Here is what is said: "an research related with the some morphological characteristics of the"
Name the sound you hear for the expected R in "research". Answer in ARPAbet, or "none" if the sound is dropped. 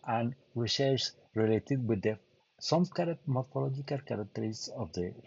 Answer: W